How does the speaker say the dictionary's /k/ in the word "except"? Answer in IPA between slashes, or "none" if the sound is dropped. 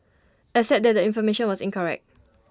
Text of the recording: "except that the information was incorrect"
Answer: none